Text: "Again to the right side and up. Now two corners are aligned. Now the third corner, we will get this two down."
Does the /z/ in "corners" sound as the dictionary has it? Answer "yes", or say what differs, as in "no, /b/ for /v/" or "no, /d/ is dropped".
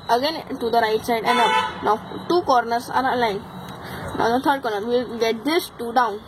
no, /s/ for /z/